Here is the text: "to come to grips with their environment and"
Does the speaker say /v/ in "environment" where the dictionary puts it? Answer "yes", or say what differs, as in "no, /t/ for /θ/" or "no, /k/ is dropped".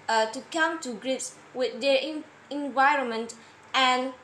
yes